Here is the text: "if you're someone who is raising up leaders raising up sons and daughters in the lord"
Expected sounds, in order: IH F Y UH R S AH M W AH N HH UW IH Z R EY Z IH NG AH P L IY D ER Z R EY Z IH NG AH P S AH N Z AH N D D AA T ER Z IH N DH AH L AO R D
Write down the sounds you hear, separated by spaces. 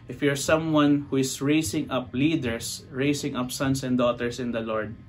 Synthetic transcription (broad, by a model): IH F Y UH R S AH M W AH N HH UW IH S R EY S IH NG AH P L IY D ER S R EY S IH NG AH P S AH N S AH N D D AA T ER S IH N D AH L AO R D